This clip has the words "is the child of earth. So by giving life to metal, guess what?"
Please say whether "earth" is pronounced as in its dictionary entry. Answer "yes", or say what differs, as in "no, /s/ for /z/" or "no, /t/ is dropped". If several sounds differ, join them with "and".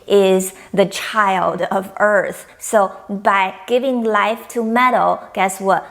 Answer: yes